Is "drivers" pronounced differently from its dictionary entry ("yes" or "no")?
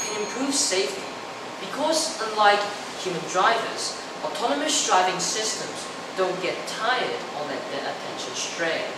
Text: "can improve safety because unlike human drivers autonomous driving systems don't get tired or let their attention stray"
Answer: no